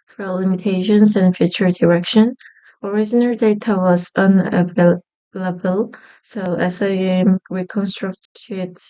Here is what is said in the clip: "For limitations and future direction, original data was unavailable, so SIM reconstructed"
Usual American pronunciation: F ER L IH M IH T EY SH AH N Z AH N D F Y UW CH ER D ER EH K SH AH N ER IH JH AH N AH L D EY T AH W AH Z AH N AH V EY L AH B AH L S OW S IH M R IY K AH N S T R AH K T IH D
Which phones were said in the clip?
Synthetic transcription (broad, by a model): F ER L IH M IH T EY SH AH N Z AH N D F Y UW CH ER D ER EH K SH AH N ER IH Z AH N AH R D EY T AH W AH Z AH N AH V EY L AH B AH L S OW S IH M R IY K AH N S T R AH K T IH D